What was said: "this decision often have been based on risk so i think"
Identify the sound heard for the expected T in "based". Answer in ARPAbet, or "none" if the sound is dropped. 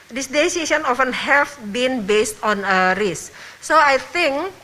T